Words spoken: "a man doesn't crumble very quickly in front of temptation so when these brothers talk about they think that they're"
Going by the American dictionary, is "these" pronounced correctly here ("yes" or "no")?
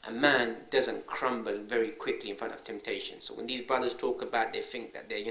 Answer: yes